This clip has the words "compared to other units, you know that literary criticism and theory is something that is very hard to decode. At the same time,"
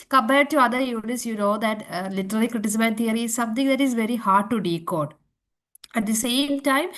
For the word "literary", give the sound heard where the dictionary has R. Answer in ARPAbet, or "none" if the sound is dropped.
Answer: L